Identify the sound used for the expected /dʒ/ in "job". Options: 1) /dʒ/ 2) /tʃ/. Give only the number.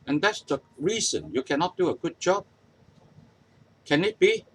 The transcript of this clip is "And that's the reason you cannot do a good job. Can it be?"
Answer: 1